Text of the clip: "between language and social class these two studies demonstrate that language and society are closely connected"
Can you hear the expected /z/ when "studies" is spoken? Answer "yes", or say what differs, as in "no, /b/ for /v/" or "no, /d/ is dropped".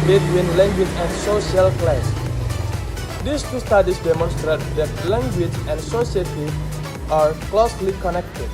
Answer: no, /s/ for /z/